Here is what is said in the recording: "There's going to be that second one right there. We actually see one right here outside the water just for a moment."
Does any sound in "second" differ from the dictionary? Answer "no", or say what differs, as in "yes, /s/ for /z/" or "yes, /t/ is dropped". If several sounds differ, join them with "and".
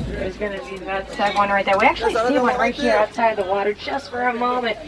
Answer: yes, /k/ is dropped